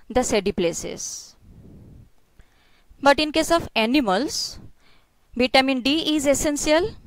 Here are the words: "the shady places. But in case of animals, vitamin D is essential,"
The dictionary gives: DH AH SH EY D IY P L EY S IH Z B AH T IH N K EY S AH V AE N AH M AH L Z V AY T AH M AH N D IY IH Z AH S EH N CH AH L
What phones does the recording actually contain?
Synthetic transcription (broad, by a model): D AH S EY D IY P L EY S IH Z B AH T IH N K EY S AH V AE N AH M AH L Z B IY T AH M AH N D IY IH Z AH S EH N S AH L